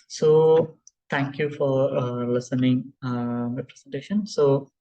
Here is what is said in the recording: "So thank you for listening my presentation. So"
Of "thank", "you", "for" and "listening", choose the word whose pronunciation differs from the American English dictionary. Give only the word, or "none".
thank